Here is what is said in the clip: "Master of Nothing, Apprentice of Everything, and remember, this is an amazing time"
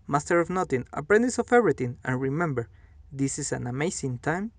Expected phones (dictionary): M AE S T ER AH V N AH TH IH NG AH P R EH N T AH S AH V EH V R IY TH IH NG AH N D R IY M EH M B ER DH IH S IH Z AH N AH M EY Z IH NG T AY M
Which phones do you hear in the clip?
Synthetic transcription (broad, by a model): M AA S T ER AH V N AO T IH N AH P R EH N T AH S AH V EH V R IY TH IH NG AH N R IY M EH M B ER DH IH S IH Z AH N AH M EY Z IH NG T AY M